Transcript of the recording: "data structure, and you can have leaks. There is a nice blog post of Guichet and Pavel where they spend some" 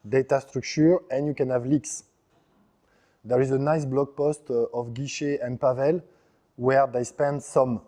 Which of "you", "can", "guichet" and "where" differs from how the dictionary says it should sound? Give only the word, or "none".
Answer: none